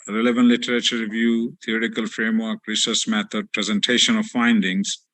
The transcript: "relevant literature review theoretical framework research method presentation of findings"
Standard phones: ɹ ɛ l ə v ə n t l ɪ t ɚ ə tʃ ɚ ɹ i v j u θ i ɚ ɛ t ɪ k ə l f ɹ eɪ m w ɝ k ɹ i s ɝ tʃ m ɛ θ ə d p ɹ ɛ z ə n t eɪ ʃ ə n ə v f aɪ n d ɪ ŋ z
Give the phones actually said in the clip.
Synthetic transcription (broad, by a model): ɹ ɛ l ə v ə n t l ɪ t ɚ ə tʃ ɚ ɹ i v j u t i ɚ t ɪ k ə l f ɹ eɪ m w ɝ k ɹ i s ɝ s m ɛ t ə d p ɹ ɛ z ə n t eɪ ʃ ə n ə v f aɪ n d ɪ ŋ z